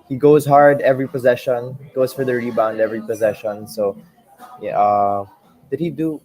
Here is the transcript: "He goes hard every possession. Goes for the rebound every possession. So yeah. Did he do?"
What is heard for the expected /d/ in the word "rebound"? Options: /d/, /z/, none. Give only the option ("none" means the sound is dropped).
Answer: /d/